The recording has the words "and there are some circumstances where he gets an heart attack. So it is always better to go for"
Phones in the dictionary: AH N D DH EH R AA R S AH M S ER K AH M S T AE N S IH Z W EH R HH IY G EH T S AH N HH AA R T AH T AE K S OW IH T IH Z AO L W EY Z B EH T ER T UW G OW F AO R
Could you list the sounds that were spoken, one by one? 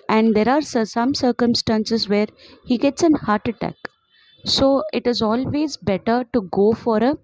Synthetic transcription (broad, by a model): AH N D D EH R AA R S AH M S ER K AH M S T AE N S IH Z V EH R HH IY G EH T S AH N HH AA R T AH T AE K S OW IH T IH Z AO L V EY Z B EH T ER T UW G OW F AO R